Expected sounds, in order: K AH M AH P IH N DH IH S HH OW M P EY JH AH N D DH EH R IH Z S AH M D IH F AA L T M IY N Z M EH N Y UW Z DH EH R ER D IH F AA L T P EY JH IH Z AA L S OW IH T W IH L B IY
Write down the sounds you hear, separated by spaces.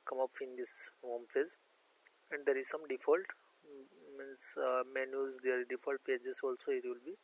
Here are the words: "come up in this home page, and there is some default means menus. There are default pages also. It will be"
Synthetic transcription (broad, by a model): K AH M AH P IH N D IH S HH OW M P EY Z AH N D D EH R IH Z S AH M D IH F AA L T M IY N S M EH N Y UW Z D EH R D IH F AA L T P EY JH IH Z AA L S OW IH T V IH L B IY